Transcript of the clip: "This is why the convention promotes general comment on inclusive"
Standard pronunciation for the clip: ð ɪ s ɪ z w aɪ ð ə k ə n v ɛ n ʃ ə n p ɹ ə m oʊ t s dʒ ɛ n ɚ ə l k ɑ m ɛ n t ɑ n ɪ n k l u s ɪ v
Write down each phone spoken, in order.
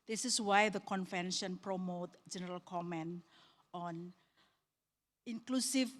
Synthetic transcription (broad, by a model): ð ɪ s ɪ s w aɪ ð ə k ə n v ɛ n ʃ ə n p ɹ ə m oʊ t dʒ ɛ n ɚ ə l k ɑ m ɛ n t ɑ n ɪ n k l u s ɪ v